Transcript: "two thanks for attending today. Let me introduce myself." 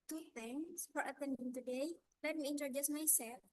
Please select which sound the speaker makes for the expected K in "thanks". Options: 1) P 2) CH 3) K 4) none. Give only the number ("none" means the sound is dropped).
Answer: 4